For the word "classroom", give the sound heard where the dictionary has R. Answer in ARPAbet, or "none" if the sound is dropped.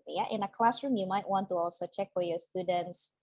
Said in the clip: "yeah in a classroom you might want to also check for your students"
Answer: R